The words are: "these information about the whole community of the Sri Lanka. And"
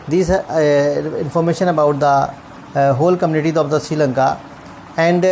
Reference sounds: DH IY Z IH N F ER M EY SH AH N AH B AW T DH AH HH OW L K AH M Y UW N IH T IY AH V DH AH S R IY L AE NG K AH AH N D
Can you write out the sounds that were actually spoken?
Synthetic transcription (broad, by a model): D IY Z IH N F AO M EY SH AH N AH B AW T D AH HH OW L K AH M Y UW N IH T IY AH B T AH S IY L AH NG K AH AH N D